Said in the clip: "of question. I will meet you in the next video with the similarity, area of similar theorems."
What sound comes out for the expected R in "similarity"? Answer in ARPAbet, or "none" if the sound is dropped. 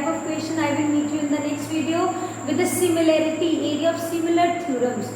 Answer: R